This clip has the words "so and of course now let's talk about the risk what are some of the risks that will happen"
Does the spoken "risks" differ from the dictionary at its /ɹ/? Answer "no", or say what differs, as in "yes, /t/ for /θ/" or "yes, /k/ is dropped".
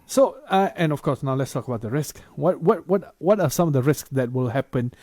no